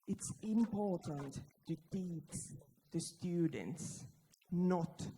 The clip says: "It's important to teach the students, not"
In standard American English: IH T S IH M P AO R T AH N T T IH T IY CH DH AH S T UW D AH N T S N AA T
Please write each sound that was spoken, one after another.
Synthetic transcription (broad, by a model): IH T S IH M P AO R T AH N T T IH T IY S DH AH S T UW D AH N T S N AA T